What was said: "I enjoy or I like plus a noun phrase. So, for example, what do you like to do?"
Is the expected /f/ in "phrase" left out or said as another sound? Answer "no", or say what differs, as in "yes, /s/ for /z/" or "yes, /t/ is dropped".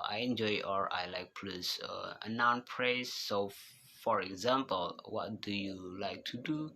yes, /p/ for /f/